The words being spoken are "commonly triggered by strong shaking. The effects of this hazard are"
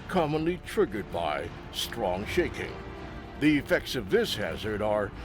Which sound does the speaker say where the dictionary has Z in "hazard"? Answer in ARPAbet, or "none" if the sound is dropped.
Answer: Z